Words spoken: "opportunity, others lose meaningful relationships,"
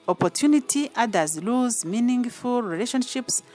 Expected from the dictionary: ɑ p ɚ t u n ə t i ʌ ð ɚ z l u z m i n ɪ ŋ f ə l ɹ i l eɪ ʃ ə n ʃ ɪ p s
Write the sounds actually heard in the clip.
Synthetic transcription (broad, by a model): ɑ p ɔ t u n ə t i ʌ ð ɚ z l u z m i n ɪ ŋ f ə l ɹ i l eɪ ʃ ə n ʃ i p s